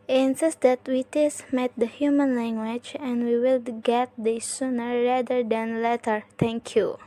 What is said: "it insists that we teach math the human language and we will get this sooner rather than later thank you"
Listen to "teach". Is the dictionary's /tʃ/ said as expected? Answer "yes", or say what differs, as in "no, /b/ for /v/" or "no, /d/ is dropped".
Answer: no, /s/ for /tʃ/